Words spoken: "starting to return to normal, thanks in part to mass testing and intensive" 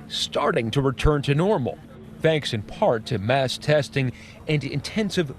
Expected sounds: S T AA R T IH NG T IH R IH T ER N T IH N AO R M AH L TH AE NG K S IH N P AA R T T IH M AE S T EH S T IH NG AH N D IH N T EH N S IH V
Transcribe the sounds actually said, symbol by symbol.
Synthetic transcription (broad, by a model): S T AA R T IH NG T IH R IH T ER N T IH N AO R M L TH AE NG K S IH N P AA R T T IH M AE S T EH S T IH NG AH N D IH N T EH N S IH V